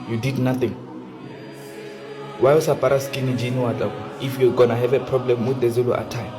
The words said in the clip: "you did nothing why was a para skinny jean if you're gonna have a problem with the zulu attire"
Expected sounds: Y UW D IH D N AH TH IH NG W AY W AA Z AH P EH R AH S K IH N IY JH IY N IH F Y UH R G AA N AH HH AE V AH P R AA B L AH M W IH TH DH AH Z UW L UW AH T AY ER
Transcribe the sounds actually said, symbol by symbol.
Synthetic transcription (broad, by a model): Y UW D IH D N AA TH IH NG W AY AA S AH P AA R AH S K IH N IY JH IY N IH F Y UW G AA N AH HH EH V AH P R AA B L AH M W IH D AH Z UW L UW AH T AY